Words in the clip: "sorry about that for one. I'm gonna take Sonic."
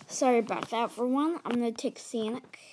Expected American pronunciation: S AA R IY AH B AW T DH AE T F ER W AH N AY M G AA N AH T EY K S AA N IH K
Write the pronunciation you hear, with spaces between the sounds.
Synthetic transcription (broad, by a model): S AA R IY AH B AW T DH AE T F ER W AH N AY M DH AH T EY K S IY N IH K